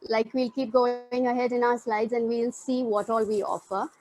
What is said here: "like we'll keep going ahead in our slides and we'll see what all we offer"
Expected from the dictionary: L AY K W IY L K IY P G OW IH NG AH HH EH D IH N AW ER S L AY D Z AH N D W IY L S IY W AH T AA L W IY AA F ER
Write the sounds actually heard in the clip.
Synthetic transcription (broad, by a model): L AY K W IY L K IY P G OW IH NG AH HH EH D IH N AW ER S L AY D Z AH N D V IY L S IY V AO T AA L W IY AA F ER